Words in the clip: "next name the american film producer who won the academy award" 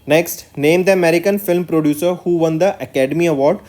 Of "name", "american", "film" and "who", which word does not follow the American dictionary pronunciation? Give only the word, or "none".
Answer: none